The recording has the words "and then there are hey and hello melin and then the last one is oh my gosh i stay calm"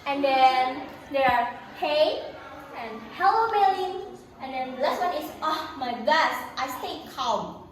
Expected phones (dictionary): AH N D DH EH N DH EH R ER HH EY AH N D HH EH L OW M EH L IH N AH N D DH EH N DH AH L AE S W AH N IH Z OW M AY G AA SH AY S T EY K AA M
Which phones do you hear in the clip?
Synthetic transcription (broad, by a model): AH N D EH N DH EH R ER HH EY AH N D HH EH L OW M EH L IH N AH N D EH N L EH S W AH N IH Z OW M AY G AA S AY S T EY K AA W